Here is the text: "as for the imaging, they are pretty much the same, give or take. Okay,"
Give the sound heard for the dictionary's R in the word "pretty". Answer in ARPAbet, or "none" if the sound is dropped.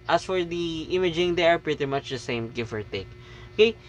R